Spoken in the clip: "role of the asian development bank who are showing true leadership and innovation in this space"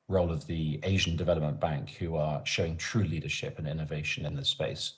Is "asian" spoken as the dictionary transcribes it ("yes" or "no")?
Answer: yes